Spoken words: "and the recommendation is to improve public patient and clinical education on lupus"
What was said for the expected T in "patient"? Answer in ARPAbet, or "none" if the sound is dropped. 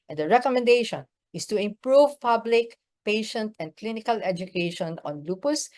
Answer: T